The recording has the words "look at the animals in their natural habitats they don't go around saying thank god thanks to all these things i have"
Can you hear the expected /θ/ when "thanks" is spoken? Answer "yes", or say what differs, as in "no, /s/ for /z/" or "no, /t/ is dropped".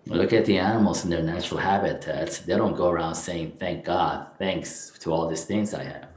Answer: yes